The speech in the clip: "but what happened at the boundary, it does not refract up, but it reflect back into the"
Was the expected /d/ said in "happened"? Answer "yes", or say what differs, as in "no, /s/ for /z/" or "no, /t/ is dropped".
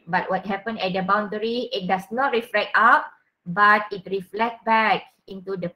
no, /d/ is dropped